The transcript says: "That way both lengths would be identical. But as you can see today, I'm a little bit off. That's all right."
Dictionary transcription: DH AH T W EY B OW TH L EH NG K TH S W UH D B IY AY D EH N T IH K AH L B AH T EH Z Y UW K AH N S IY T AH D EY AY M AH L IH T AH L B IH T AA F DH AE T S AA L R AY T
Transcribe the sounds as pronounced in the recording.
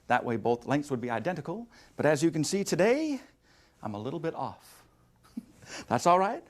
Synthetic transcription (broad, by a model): DH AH T W EY B OW TH L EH NG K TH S W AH D B IY AY D EH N T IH K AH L B AH T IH Z Y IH K AH N S IY T AH D EY AY M AH L IH T L B IH T AA F DH AE T S AA L R AY T